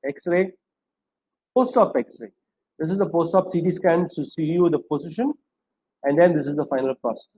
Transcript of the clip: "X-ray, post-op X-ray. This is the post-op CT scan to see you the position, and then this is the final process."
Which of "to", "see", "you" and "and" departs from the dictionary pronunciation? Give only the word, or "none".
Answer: to